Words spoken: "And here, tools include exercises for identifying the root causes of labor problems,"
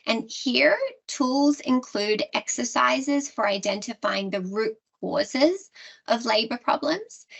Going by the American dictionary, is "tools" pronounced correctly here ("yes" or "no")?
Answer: yes